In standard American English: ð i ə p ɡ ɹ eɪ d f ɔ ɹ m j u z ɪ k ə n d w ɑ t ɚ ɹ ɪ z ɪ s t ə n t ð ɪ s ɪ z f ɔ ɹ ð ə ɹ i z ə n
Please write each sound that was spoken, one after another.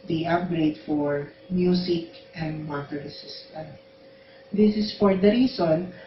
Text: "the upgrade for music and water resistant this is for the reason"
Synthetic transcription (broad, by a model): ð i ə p ɡ ɹ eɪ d f ɔ ɹ m j u s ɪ k ə n d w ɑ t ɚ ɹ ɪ s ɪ s t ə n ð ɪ s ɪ s f ɔ ɹ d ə ɹ i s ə n